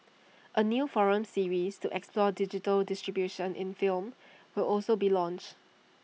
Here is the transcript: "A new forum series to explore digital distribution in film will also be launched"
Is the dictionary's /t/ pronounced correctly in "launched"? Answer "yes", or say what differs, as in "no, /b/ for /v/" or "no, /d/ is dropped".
yes